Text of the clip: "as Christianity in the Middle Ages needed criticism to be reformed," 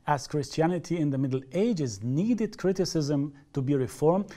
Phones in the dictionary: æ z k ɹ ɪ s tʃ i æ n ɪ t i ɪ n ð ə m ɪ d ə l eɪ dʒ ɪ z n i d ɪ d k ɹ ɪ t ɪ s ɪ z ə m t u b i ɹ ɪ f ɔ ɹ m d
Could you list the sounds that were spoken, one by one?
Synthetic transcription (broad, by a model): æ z k ɹ ɪ s tʃ i æ n ɪ t i ɪ n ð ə m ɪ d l eɪ dʒ ɪ z n i d ɪ d k ɹ ɪ t ɪ s ɪ z ə m t u b i ɹ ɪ f ɔ ɹ m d